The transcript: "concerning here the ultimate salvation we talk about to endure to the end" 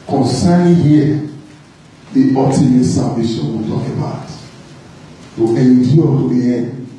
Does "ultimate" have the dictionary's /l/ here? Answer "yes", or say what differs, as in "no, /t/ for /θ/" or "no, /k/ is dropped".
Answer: no, /l/ is dropped